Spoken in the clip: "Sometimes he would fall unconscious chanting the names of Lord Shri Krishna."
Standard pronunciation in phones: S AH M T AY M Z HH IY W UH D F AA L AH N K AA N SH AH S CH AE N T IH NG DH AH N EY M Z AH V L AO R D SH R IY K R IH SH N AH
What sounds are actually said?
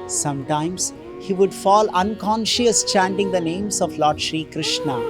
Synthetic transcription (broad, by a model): S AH M T AY M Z HH IY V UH D F AA L AH N K AA N SH AH S CH AE N T IH NG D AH N EY M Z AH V L AO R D SH R IY K R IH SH N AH